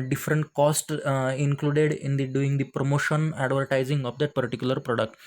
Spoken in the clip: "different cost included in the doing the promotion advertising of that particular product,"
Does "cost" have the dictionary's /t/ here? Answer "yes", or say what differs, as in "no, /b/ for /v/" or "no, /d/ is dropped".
yes